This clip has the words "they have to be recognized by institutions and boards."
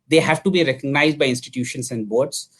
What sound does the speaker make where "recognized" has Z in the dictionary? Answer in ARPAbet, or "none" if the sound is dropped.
Z